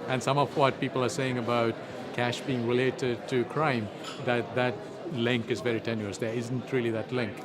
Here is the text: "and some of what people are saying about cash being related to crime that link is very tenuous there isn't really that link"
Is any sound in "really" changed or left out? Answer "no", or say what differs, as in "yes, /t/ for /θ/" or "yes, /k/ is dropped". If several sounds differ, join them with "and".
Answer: no